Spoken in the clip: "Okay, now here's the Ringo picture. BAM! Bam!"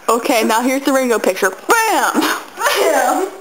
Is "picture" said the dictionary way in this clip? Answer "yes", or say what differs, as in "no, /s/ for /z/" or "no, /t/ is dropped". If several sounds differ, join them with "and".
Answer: yes